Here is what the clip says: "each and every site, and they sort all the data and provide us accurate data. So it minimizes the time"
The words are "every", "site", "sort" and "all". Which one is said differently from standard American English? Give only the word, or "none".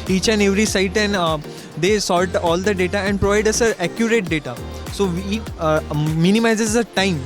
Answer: sort